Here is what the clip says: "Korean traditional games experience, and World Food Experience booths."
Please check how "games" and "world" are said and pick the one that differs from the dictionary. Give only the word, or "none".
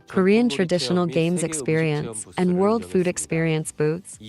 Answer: none